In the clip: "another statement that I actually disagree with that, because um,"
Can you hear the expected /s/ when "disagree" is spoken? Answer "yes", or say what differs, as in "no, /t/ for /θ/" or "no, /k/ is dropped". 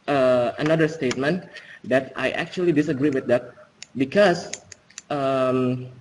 yes